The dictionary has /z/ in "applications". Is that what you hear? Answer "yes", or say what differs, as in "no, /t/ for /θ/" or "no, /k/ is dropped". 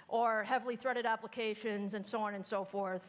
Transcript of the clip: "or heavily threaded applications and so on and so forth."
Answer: yes